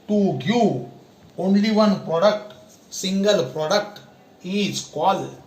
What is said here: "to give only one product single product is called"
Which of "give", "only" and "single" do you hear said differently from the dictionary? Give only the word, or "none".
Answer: give